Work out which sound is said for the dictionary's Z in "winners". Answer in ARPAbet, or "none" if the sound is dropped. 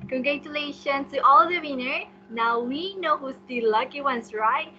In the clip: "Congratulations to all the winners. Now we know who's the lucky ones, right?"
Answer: none